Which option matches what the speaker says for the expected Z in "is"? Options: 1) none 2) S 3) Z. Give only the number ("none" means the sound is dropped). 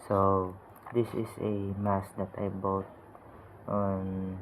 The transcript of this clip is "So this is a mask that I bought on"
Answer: 2